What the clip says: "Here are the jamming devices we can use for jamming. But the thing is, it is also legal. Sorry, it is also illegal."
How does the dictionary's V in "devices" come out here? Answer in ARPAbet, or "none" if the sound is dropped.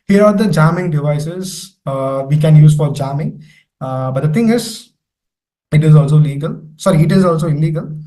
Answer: V